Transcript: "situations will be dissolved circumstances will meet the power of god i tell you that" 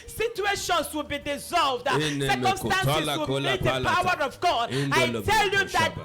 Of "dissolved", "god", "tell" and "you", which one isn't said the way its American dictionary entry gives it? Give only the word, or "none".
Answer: none